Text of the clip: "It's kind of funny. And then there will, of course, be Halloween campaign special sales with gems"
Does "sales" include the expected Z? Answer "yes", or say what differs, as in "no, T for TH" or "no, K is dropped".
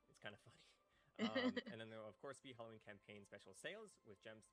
yes